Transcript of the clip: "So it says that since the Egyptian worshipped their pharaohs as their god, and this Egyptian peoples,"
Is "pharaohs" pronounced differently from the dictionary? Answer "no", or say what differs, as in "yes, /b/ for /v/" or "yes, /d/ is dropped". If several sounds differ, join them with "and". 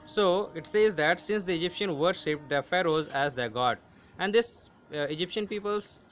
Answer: no